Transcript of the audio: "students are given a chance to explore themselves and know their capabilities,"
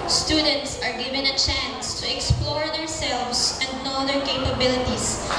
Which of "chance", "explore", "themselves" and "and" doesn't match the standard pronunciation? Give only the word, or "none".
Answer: themselves